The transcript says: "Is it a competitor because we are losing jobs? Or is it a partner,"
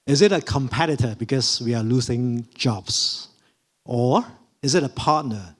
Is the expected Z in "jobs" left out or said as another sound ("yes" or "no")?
yes